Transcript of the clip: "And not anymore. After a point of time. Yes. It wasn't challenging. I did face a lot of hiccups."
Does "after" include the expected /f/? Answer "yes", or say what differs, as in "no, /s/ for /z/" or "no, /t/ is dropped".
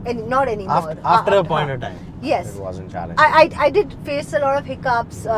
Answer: no, /f/ is dropped